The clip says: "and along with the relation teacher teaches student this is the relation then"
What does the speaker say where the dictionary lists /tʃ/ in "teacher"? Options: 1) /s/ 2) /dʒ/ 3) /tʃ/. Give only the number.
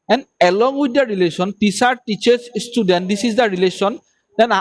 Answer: 1